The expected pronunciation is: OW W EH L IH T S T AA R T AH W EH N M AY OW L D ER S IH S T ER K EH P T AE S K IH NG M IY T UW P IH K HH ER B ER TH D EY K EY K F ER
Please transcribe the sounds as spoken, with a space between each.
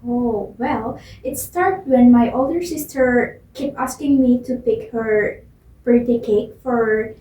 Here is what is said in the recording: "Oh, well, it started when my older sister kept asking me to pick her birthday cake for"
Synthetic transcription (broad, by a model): OW W EH L IH T S T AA R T W EH N M AY OW L D ER S IH S T ER K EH P AE S K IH NG M IY T UW P IH K HH ER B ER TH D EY K EY K F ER